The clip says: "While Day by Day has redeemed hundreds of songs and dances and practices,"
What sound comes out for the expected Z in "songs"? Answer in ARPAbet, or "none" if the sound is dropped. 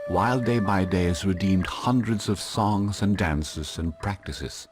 Z